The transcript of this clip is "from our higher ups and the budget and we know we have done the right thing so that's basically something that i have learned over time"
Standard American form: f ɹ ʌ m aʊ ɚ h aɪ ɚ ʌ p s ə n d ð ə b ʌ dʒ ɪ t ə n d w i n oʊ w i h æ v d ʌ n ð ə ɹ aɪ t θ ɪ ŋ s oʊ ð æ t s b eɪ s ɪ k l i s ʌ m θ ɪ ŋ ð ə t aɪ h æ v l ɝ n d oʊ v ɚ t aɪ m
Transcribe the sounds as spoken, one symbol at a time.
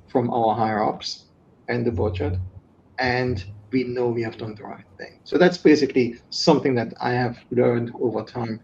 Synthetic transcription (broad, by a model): f ɹ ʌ m aʊ ɚ h aɪ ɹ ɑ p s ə n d ð ə b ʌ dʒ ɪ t ə n d w i n oʊ w i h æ v d ʌ n ð ə ɹ aɪ t θ ɪ ŋ s oʊ ð æ t s b eɪ s ɪ k l i s ʌ m θ ɪ ŋ ð ə t aɪ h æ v l ɝ n d oʊ v ɚ t aɪ m